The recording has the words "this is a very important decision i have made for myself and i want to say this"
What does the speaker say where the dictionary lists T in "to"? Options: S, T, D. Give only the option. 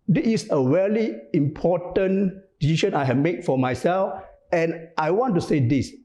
T